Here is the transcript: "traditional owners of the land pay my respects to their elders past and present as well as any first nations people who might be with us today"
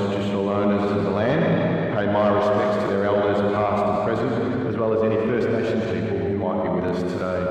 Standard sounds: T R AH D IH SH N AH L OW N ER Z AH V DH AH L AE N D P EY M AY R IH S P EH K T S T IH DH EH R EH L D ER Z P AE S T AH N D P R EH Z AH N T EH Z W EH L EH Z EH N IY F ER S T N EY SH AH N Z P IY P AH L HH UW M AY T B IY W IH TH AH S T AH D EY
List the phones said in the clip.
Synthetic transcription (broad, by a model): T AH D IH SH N L OW N ER Z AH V DH AH L AE N D P EY M AY R IH S P EH K T S T IH DH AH R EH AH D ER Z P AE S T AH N P R EH Z AH N T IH Z W EH L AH Z EH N IY F ER S T N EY SH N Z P IY P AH L HH UW M AY T B IY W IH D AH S T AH D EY